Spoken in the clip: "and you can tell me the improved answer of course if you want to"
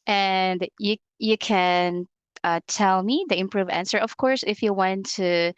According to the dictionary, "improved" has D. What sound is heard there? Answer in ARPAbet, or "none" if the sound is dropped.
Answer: none